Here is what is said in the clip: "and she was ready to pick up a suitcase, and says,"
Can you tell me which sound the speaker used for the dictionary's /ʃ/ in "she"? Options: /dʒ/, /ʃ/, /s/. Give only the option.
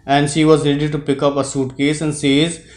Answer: /ʃ/